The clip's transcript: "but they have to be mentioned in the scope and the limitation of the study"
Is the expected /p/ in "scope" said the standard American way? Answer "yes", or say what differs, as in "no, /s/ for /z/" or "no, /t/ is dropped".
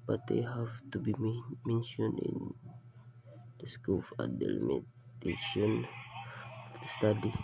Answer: no, /f/ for /p/